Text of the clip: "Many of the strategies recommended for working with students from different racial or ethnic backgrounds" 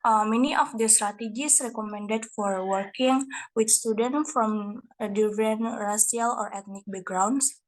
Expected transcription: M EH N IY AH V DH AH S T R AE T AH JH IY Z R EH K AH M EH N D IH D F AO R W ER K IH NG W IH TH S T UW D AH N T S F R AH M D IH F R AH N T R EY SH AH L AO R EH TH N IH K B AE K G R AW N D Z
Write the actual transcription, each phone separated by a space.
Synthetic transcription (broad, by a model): M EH N IY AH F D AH S T R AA T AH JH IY S R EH K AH M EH N D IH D F AO R W ER K IH NG W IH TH S T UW D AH N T F R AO M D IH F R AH N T R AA S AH L AO R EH T N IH K B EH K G R AW N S